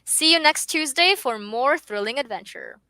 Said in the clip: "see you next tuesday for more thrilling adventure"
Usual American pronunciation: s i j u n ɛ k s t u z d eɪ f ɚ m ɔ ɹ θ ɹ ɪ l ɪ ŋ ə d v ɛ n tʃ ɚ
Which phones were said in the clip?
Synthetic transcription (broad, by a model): s i j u n ɛ k s t u z d eɪ f ɚ m ɔ ɹ θ ɹ ɪ l ɪ ŋ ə d v ɛ n tʃ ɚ